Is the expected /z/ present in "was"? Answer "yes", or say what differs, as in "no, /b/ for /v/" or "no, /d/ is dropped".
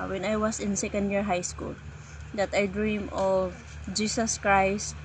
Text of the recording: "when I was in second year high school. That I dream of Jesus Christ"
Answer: no, /s/ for /z/